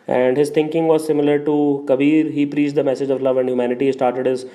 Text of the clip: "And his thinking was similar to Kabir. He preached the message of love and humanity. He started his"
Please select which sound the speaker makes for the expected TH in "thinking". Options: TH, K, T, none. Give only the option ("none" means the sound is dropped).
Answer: T